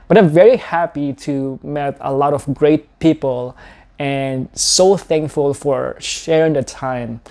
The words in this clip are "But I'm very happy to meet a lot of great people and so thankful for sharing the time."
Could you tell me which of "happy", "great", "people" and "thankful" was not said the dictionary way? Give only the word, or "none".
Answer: none